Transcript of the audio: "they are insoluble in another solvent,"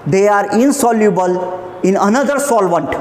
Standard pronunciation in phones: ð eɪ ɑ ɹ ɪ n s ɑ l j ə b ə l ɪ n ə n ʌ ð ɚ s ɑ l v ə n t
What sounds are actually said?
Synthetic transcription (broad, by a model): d eɪ ɑ ɹ ɪ n s ɑ l j ə b ə l ɪ n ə n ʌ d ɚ s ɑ l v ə n t